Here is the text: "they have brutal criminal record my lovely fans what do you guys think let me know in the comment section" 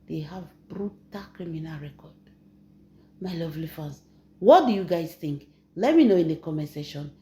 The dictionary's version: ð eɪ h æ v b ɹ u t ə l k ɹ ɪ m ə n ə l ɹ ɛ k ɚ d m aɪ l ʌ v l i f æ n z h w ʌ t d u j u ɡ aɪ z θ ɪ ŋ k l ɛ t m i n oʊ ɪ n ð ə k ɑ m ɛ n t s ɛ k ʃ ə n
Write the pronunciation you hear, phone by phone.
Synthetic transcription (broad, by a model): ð eɪ h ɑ v b ɹ u t ə l k ɹ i m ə n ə l ɹ ɛ k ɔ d m aɪ l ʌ v l i f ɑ n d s w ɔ t d u j u ɡ aɪ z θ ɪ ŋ k l ɛ t m i n oʊ ɪ n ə k ɑ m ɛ s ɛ ʃ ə n